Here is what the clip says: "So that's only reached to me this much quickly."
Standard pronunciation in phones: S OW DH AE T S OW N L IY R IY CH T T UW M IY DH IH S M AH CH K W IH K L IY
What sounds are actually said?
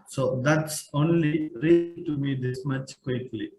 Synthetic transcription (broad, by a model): S OW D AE T S OW N L IY R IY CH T T UW M IY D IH S M AH CH K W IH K L IY